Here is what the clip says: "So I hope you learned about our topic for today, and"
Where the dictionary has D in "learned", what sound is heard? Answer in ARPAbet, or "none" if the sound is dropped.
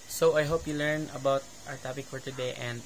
none